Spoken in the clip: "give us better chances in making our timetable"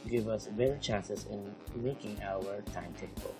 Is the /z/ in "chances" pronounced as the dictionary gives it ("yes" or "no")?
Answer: no